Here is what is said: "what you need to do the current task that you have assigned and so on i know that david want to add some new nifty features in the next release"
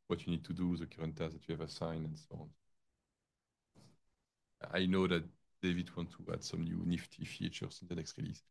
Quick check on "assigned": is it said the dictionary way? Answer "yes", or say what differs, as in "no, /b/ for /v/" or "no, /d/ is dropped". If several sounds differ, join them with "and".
no, /d/ is dropped